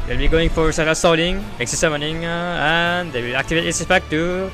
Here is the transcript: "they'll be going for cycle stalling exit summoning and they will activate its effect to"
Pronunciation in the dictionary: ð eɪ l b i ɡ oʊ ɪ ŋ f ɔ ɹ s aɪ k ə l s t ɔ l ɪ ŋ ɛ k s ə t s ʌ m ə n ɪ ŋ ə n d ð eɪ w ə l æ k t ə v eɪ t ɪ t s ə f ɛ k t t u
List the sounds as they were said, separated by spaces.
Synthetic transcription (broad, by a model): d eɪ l b i ɡ oʊ ɪ ŋ f ɔ ɹ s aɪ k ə s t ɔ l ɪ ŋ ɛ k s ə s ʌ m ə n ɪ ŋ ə n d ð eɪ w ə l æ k t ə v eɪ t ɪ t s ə p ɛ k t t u